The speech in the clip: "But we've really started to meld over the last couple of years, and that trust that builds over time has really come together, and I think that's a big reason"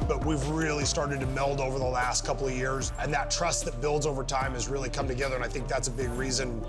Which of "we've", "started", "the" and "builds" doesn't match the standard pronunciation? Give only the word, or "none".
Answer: none